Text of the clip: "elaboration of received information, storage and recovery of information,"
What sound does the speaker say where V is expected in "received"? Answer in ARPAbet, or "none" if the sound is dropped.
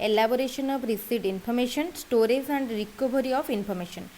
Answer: none